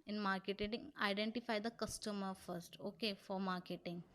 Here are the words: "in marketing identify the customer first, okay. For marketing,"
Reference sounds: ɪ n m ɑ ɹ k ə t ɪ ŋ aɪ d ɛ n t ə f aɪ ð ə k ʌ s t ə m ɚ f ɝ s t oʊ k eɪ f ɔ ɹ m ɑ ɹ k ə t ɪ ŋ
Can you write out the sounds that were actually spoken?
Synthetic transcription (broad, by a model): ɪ n m ɑ ɹ k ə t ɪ ŋ aɪ d ɛ n t ə f aɪ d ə k ʌ s t ə m ɚ f ɝ s t oʊ k eɪ f ɔ ɹ m ɑ ɹ k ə t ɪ ŋ